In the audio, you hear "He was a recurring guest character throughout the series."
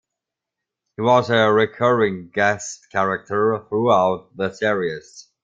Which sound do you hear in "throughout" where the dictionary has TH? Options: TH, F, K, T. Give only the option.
TH